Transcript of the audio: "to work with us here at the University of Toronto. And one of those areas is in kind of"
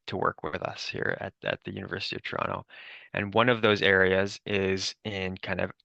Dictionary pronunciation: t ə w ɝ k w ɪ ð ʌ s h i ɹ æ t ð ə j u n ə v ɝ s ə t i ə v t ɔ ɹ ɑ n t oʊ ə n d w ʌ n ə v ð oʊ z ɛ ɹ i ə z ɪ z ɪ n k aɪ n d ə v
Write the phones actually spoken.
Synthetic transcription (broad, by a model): t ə w ɝ k w ɪ ð ʌ s h i ɹ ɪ t ð ə j u n ə v ɝ s ə t i ə v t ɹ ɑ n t oʊ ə n w ʌ n ə v ð oʊ z ɛ ɹ i ə z ɪ z ɪ n k aɪ n d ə v